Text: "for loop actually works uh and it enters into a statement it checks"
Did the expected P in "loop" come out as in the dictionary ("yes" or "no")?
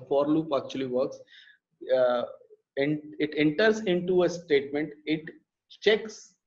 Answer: yes